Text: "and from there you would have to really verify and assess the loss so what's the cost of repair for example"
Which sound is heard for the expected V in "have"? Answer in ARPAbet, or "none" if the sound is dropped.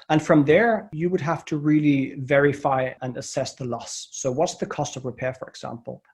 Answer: F